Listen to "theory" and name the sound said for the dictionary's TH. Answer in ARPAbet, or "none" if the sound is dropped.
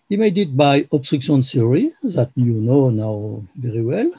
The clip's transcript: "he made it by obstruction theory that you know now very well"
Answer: S